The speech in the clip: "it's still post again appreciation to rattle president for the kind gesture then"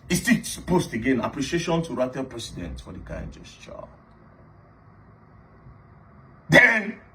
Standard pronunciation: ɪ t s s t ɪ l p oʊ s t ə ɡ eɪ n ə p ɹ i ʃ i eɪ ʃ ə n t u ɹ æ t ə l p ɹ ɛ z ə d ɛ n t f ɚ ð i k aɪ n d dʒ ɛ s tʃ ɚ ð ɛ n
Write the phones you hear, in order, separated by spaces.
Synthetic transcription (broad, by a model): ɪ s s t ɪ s p oʊ s t ə ɡ eɪ n ə p ɹ i ʃ i eɪ ʃ ə n t u ɹ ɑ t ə p ɹ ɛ s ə d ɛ n t f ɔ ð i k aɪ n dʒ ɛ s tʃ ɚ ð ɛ n